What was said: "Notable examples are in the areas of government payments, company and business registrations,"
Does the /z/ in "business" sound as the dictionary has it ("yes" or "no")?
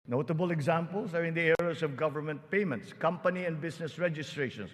no